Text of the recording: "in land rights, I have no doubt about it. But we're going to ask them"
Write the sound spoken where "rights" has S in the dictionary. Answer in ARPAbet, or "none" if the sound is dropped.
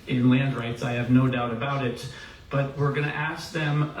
S